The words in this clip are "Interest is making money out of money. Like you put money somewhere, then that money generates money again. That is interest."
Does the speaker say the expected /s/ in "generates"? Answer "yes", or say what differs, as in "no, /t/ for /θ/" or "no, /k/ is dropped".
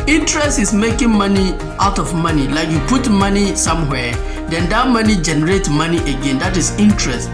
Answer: no, /s/ is dropped